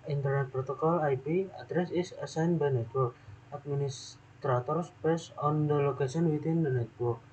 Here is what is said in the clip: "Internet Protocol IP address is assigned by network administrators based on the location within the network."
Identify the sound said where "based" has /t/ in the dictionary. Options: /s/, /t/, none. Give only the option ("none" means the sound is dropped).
none